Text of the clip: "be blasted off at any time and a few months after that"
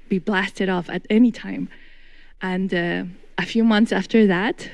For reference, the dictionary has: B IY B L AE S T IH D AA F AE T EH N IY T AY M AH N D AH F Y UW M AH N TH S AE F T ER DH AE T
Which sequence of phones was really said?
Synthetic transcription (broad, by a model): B IY B L AE S T IH D AA F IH T EH N IY T AY M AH N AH AH F Y UW M AH N TH S AE F T ER DH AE T